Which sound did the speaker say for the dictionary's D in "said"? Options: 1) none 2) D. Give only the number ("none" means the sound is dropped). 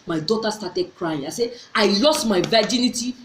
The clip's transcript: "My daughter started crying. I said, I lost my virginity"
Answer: 1